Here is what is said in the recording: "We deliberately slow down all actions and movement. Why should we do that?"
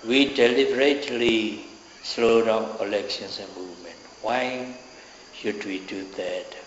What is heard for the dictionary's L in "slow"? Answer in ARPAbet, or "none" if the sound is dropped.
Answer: L